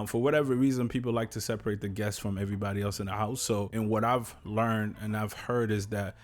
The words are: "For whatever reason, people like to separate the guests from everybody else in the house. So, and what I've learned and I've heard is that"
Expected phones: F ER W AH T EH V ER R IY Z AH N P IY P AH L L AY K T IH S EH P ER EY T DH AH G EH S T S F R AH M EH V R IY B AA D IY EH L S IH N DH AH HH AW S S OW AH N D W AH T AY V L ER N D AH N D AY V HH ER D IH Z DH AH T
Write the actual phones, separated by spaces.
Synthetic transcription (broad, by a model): F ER W AH T EH V ER R IY Z AH N P IY P L L AY K T IH S EH P ER EY T DH AH G EH S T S F R AH M EH V R IY B AA D IY EH L S IH N DH AH HH AW S S OW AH N W AH T AY V L ER N D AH N AY V HH ER D IH Z DH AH T